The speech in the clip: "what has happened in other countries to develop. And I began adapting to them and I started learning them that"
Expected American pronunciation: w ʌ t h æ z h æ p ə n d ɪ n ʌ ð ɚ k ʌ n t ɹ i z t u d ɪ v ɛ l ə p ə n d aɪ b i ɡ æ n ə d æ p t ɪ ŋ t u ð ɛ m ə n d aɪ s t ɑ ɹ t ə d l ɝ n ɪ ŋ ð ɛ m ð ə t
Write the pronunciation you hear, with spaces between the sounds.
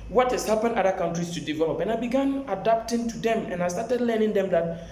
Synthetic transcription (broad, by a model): w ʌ t h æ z h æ p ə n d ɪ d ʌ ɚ k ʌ n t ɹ i s t u d ɪ v ɛ l ə p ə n aɪ b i ɡ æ n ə d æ p t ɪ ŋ t u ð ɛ m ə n aɪ s t ɑ t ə d l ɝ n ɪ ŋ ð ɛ m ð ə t